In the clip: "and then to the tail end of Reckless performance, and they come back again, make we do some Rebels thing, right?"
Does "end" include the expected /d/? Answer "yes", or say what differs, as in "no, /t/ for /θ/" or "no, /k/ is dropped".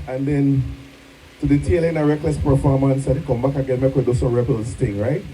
no, /d/ is dropped